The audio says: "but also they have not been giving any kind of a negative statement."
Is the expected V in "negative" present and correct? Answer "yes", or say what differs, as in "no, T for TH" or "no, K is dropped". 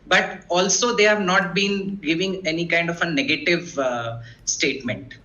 yes